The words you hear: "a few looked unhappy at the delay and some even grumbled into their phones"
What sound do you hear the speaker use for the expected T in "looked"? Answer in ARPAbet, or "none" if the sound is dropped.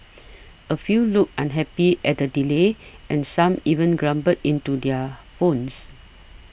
none